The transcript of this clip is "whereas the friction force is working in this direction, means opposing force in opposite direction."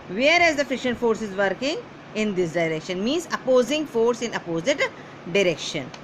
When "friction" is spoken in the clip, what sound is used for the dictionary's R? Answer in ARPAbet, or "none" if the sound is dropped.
none